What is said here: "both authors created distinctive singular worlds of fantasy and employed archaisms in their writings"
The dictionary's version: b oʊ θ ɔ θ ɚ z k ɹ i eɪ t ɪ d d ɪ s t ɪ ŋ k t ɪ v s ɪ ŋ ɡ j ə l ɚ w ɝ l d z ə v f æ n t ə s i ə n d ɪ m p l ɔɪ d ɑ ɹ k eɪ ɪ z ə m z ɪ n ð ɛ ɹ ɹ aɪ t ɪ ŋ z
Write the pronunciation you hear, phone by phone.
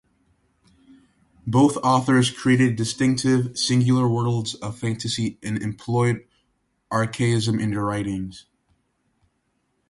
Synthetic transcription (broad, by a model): b oʊ θ ɔ θ ɚ z k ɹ i eɪ t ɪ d d ɪ s t ɪ ŋ k t ɪ v s ɪ ŋ ɡ j l ɚ w ɝ l d z ə v f æ n t ə s i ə n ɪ m p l ɔɪ d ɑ ɹ k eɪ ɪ z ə m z ɪ n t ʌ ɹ ɹ aɪ t ɪ ŋ z